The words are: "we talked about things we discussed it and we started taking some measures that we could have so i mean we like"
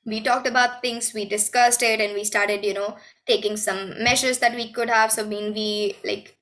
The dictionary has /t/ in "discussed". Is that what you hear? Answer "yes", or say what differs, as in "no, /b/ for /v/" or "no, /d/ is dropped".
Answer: yes